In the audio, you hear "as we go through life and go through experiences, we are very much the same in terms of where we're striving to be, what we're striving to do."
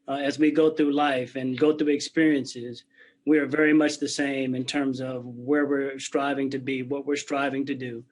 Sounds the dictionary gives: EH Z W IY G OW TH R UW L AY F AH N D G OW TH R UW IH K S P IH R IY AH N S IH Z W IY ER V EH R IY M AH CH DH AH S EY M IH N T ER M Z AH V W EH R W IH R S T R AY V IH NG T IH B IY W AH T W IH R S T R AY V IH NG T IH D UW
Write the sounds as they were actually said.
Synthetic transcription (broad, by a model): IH Z W IY G OW TH R UW L AY F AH N G OW TH R UW IH K S P IH R IY AH N S IH Z W IY ER V EH R IY M AH CH DH AH S EY M IH N T ER M Z AH V W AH R W IH R S T R AY V IH NG T IH B IY W AH T W IH R S T R AY V IH NG T IH D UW